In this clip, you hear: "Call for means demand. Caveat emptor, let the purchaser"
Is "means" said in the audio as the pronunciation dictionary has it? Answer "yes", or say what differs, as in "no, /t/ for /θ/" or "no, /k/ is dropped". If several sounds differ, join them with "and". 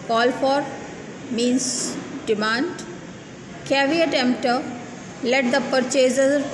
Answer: no, /s/ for /z/